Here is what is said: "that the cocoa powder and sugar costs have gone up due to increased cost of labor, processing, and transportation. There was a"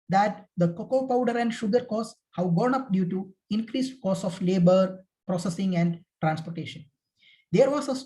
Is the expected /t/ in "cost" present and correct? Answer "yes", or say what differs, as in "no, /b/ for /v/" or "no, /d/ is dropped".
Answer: no, /t/ is dropped